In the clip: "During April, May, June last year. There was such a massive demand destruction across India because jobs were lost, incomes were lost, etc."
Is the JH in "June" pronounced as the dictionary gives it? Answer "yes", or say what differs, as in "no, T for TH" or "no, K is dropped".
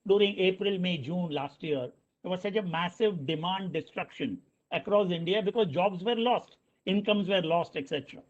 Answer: yes